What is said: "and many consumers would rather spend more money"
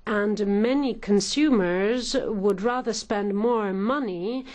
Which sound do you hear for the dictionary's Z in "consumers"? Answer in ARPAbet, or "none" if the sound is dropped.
Z